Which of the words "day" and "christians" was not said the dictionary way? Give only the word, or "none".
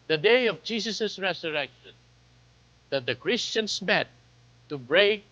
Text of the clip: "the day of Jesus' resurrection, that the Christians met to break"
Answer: christians